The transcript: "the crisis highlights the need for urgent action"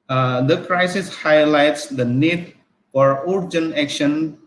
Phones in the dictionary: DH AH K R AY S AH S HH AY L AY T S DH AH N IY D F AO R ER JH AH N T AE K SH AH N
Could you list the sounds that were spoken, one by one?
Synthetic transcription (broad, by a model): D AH K R AY S AH S HH AY L AY T S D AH N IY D F AO R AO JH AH N AE K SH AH N